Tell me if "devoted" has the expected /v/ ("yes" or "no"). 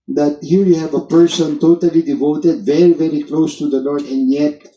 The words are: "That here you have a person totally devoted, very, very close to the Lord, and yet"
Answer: yes